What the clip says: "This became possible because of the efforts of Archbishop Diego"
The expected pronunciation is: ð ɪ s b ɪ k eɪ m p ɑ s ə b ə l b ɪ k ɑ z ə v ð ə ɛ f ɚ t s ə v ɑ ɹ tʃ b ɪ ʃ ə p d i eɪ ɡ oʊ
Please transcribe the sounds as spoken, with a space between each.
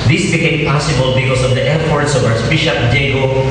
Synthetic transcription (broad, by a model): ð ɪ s b ɪ k eɪ m p ɑ s ə b ə l b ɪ k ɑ s ə v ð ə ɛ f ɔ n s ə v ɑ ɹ s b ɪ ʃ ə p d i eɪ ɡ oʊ